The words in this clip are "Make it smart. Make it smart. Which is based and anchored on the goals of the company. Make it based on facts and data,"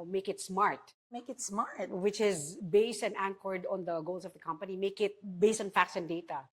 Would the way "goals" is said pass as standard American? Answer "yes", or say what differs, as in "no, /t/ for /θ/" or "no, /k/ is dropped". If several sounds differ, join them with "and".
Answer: no, /s/ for /z/